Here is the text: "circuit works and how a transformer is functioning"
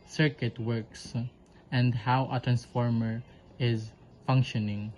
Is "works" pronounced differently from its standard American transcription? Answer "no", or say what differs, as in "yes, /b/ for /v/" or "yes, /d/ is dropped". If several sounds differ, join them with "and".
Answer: no